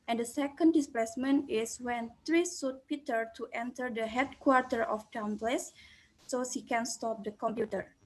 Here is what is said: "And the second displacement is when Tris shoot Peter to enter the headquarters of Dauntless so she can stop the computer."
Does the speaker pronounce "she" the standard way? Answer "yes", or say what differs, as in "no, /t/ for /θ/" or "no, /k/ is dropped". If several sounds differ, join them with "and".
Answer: no, /s/ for /ʃ/